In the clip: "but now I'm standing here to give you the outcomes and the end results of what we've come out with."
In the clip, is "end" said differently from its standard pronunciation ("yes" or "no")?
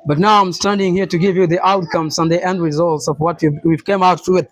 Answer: no